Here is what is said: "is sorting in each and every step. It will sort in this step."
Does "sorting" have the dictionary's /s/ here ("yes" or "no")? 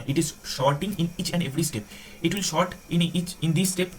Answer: no